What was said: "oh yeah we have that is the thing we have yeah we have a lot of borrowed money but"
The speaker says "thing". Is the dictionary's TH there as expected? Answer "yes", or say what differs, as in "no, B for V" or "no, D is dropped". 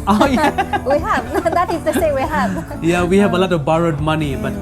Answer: no, S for TH